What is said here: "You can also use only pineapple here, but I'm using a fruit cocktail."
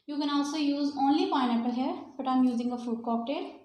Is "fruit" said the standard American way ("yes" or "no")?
no